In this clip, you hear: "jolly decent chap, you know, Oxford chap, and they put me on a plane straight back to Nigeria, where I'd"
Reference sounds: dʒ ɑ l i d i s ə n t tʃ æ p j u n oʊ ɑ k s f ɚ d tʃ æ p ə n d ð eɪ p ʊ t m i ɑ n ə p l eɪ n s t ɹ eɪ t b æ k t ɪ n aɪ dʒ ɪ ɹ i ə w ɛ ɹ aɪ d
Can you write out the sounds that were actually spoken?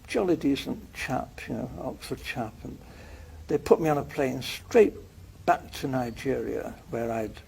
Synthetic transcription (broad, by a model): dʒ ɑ l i d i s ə n tʃ æ p j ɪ n oʊ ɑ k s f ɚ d tʃ æ p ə n ð eɪ p ʊ t m i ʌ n ə p l eɪ n s t ɹ eɪ t b æ k t ɪ n aɪ dʒ ɪ ɹ i ə w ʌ ɹ aɪ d